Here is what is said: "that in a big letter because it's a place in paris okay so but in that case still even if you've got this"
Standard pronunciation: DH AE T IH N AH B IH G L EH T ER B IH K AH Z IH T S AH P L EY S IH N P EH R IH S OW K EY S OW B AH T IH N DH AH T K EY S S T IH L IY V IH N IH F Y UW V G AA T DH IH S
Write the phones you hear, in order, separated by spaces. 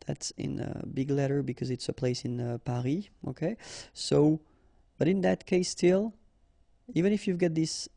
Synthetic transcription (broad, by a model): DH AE T IH N AH B IH G L EH T ER B IH K AH Z IH T S AH P L EY S IH N P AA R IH OW K EY S OW B AH T IH N DH AH T K EY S S T IH L IY V IH N IH F Y UW V G AA T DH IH S